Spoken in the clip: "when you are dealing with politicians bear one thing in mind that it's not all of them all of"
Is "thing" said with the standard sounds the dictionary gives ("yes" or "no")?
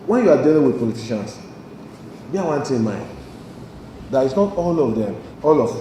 no